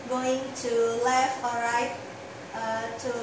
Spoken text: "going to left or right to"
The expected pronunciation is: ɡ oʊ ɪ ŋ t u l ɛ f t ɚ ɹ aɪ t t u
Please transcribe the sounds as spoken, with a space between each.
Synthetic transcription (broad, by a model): ɡ oʊ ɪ ŋ t u l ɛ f ɔ ɹ aɪ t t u